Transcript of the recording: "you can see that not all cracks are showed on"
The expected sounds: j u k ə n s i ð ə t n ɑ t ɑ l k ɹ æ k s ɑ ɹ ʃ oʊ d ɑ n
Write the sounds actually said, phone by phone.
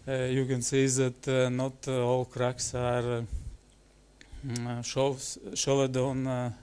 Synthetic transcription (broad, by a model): j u k ə n s i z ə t n ɑ t ɑ l k ɹ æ k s ɑ ɹ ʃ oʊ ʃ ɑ n